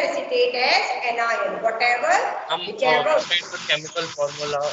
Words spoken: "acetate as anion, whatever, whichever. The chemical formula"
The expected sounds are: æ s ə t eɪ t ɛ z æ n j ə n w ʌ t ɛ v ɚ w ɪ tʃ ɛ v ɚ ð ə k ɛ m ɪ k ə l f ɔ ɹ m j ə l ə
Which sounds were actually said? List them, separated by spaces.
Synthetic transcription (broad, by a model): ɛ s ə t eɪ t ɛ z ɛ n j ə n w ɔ t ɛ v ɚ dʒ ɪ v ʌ ɚ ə k ɛ m ɪ k ə l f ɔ ɹ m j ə l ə